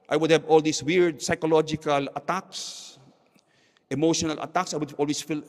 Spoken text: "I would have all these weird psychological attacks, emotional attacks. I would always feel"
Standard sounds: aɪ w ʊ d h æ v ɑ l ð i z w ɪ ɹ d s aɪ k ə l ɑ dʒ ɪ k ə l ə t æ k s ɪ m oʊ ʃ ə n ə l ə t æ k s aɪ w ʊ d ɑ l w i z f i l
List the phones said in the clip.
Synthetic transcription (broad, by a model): aɪ w ʊ d h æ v ɑ l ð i s w ɪ ɹ d s aɪ k ə l ɑ dʒ ɪ k ə l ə t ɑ k s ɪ m oʊ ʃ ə n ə l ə t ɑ k s aɪ w ʊ d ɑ l w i s f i l